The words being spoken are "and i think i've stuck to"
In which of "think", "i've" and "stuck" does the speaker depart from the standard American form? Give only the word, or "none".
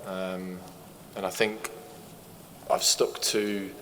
none